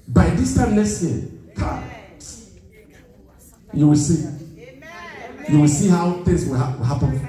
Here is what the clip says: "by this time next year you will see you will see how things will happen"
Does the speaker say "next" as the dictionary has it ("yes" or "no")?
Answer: no